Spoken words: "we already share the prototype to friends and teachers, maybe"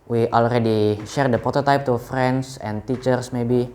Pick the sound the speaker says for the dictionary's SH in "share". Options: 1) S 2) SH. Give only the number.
2